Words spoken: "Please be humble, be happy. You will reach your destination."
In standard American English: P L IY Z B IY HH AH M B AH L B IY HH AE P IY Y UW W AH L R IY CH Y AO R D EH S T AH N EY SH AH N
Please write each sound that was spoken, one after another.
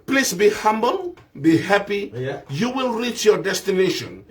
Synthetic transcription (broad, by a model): P L IY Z B IY HH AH M B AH L B IY HH AE P IY Y UW W AH L R IY CH Y AO R D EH S T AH N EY SH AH N